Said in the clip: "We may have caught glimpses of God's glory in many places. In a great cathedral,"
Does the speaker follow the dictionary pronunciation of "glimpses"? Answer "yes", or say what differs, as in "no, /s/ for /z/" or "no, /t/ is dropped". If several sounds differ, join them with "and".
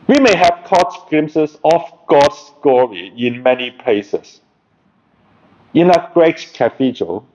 no, /p/ is dropped